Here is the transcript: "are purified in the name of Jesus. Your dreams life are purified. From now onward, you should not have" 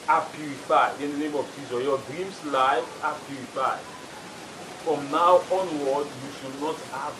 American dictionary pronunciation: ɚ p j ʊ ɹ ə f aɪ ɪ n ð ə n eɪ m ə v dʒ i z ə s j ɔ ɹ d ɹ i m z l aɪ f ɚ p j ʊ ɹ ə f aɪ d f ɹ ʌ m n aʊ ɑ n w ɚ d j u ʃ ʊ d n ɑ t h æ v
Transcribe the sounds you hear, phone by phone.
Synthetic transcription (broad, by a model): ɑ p j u ɹ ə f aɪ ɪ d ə n eɪ m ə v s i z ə j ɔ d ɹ i m s l aɪ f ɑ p j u ɹ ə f aɪ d f ɹ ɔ m n aʊ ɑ n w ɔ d j u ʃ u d n ɑ t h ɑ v